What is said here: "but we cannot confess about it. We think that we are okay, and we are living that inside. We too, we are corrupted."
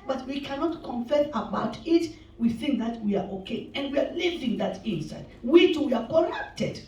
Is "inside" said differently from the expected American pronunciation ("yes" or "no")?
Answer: no